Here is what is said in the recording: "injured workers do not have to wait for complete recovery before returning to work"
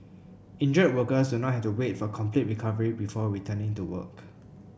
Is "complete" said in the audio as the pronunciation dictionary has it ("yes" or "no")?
yes